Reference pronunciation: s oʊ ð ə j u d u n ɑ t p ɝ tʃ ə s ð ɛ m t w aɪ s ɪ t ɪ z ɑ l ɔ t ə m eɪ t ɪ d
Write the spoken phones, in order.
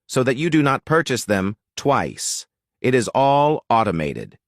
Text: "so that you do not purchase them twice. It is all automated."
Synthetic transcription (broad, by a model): s oʊ ð ə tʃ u d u n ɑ t p ɝ tʃ ə s ð ɛ m t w aɪ s ɪ t ɪ z ɑ l ɔ t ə m eɪ t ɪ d